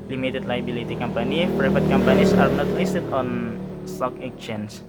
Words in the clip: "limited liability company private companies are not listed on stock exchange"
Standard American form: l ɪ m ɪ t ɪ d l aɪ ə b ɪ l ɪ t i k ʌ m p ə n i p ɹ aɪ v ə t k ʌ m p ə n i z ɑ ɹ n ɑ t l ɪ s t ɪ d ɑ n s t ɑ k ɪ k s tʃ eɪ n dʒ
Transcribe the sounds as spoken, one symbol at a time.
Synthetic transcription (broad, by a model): l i m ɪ t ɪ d l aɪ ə b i l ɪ t i k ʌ m p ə n i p ɹ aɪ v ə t k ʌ m p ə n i s ɑ ɹ n ɑ t l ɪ s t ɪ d ɑ n s t ɑ k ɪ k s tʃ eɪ n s